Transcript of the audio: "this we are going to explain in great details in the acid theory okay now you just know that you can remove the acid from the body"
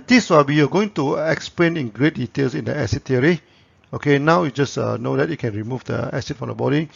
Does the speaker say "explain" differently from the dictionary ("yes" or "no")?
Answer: no